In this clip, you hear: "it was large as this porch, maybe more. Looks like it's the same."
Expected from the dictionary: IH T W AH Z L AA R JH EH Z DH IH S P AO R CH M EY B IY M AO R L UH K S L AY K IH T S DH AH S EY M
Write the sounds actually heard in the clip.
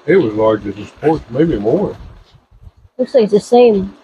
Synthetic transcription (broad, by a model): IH T W AH Z L AA R JH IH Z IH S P AO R S M EY B IY M AO R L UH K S L AY K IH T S DH AH S EY M